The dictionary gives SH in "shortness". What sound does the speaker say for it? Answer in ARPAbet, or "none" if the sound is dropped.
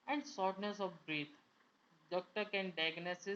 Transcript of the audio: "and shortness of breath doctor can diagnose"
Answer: S